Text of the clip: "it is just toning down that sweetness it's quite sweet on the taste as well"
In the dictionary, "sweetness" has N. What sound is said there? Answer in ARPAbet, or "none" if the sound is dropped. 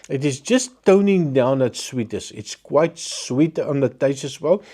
none